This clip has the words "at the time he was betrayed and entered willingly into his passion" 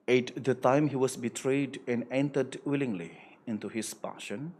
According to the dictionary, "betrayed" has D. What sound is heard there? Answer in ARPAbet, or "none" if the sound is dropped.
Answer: D